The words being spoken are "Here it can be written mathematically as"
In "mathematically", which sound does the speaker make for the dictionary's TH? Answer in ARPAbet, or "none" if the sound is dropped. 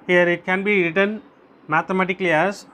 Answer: T